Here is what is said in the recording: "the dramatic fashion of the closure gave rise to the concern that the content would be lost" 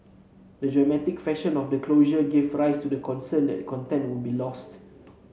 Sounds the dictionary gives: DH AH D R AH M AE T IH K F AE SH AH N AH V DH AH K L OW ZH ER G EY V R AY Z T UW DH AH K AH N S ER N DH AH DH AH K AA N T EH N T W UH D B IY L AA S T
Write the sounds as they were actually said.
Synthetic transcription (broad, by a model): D AH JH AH M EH T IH K F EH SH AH N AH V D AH K L OW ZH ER G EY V R AY S T UW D AH K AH N S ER N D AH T K AA N T EH N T W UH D B IY L AA S T